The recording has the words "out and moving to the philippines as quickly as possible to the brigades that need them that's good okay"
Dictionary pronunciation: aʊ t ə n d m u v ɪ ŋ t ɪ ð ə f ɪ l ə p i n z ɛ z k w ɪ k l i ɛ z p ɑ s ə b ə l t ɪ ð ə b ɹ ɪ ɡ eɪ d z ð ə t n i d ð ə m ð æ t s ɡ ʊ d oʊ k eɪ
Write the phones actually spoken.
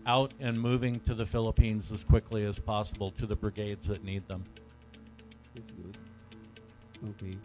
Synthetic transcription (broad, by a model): aʊ t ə n m u v ɪ ŋ t ɪ ð ə f ɪ l ə p i n z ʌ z k w ɪ k l i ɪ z p ɑ s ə b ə l t ɪ ð ə b ɹ ɪ ɡ eɪ d z ð ə t n i d ð ə m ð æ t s ɡ ʊ d oʊ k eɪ